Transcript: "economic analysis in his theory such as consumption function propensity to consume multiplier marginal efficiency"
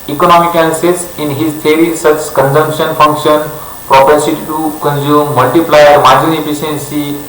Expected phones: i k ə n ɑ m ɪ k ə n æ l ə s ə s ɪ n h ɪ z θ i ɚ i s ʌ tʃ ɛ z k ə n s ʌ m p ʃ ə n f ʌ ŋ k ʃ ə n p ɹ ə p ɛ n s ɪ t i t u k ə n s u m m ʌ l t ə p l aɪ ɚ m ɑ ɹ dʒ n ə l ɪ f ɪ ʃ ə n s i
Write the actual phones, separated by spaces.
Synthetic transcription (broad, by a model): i k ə n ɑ m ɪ k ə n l s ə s ɪ n h ɪ z t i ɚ i s ʌ tʃ k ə n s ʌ m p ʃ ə n f ʌ ŋ k ʃ ə n p ɹ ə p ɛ s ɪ t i t u k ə n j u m m ʌ l t ə p l aɪ ɚ m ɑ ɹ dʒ ə n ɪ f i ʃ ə n s i